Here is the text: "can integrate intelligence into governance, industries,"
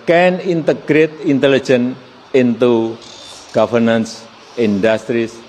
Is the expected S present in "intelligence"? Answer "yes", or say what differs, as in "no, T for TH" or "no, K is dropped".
no, S is dropped